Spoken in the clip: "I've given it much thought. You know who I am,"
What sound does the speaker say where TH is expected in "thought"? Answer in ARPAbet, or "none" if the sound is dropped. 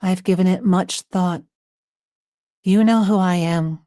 TH